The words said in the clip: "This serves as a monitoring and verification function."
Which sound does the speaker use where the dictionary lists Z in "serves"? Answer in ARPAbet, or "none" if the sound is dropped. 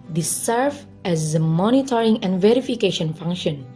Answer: none